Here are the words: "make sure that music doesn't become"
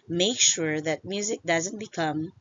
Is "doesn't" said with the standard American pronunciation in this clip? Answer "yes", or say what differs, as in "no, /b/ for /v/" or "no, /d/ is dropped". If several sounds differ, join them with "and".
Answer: yes